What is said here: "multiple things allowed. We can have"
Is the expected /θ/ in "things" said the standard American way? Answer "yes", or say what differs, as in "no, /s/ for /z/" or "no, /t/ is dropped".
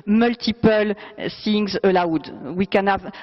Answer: no, /s/ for /θ/